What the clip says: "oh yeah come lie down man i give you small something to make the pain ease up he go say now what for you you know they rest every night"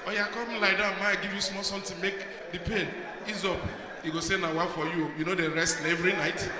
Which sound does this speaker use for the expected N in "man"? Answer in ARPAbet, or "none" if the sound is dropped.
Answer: none